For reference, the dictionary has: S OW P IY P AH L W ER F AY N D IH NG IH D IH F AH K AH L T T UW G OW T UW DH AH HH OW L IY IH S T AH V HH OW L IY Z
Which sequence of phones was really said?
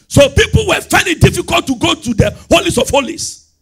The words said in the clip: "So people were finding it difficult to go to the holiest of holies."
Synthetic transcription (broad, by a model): S OW P IY P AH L W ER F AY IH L IH D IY F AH K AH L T T UW G OW T UW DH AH HH OW L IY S AH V HH OW L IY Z